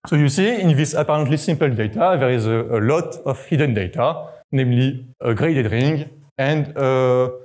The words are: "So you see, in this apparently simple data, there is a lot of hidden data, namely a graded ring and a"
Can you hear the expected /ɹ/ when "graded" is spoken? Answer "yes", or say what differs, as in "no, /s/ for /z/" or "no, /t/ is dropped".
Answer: yes